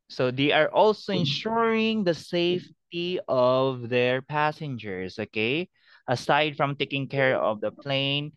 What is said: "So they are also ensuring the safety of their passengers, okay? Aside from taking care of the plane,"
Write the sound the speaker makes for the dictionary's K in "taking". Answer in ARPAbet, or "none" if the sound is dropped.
K